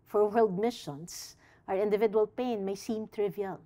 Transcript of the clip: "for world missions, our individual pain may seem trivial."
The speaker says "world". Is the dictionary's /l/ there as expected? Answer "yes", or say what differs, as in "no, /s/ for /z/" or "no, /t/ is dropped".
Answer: yes